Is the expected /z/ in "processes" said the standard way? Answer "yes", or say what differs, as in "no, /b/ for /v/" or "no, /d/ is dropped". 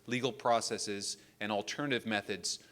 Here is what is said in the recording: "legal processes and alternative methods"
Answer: yes